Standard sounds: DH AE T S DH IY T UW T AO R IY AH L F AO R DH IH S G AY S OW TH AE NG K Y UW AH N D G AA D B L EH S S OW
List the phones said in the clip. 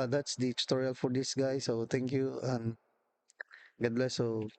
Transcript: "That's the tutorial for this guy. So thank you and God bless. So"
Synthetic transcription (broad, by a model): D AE T S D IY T T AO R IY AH L F AO R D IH S G AY S OW T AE NG K Y UW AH N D G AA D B L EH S S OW